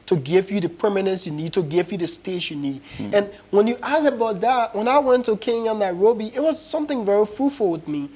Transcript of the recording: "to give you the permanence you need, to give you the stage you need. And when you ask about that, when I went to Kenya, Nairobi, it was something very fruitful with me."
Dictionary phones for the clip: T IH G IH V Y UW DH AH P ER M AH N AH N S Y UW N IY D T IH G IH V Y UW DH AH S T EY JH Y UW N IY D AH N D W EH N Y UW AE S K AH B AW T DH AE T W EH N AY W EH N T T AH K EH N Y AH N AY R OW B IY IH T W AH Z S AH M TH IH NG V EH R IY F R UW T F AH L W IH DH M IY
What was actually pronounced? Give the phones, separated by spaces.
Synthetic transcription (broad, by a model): T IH G IH V Y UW DH AH P ER M AH N AH N S Y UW N IY D T IH G IH V Y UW DH AH S T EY SH Y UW N IY D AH N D W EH N Y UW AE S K AH B AW T DH AE T W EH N AY W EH N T T AH K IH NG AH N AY R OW B IY IH T W AH Z S AH M TH IH NG V EH R IY F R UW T F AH L W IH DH M IY